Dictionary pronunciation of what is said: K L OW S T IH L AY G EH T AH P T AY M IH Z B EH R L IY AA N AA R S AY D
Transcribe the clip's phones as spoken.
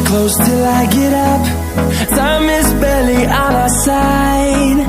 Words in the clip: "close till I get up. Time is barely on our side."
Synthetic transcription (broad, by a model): K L OW S T IH L AY G EH T AH P S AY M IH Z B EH L IY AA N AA S AY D